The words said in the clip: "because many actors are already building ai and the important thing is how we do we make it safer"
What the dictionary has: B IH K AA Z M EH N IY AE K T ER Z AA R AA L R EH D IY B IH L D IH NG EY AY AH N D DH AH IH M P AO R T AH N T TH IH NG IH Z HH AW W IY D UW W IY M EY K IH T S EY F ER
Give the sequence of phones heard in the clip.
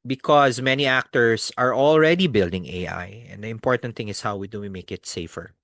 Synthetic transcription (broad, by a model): B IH K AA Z M EH N IY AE K T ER S AA R AA L R EH D IY B IH L D IH NG EY AY AH N D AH IH M P AO R T AH N T TH IH NG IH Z HH AW W IY D UW W IY M EY K IH T S EY F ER